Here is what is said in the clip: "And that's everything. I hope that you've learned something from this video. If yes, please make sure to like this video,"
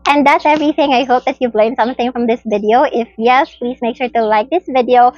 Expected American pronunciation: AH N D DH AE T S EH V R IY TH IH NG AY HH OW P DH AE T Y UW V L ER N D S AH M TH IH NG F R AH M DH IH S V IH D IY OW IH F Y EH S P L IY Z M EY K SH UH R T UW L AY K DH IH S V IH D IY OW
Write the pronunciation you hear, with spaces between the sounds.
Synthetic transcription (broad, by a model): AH N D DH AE T S EH V R IY TH IH NG AY HH OW P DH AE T Y UW V L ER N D S AH M TH IH NG F R AH M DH IH S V IH D IY OW IH F Y EH S P L IY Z M EY K SH UH R T UW L AY K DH IH S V IH D IY OW